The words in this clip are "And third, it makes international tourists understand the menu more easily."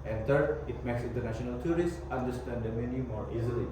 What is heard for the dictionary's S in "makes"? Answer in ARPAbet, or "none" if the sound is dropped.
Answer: S